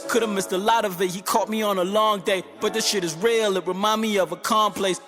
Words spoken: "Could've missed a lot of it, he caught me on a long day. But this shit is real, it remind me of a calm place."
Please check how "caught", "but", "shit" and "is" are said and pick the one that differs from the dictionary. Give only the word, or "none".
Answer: none